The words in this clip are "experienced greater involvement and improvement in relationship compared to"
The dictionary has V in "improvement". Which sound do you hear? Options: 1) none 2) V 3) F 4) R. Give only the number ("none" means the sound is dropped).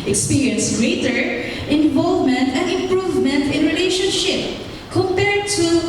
2